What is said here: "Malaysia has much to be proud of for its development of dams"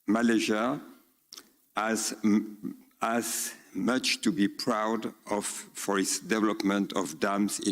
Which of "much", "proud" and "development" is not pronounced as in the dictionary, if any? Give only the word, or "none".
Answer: none